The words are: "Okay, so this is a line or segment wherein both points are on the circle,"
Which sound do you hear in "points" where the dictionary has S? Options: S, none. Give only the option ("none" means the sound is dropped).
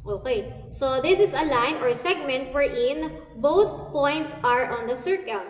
S